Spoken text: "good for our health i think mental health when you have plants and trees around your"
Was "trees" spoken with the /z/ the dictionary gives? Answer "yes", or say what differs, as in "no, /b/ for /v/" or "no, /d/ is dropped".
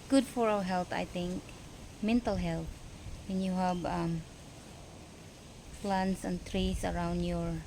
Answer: no, /s/ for /z/